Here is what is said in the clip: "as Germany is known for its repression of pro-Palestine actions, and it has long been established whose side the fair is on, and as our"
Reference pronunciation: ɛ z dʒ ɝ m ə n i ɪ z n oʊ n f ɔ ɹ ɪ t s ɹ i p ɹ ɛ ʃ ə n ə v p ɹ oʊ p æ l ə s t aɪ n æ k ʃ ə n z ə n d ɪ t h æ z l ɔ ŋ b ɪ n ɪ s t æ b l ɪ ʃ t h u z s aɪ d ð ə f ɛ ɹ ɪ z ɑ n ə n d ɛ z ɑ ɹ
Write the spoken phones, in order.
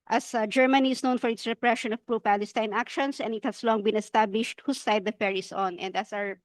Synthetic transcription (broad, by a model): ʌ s dʒ ɝ m ə n i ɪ s n oʊ n f ɔ ɹ ɪ t s ɹ i p ɹ ɛ ʃ ə n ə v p ɹ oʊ p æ l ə s t aɪ n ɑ k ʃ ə n s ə n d ɪ t h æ s l ɔ ŋ b ɪ n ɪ s t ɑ b l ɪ ʃ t h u s aɪ d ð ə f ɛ ɹ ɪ s ɑ n ə n d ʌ s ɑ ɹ